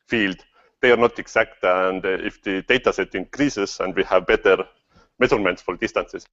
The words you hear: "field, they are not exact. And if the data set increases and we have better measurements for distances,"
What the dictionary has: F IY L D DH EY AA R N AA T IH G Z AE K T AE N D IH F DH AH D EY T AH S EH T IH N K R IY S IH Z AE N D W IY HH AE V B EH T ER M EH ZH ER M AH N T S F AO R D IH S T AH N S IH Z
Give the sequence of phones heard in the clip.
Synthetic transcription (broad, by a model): F IY L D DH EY AA R N AA T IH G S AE K T AE N D IH F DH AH D EY T AH S EH T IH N K R IY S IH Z AE N D W IY HH AE V B EH T ER M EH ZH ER M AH N T S F AO R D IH S T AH N S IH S